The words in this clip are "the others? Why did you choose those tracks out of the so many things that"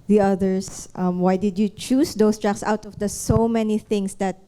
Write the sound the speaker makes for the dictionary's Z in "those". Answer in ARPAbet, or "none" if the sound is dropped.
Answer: S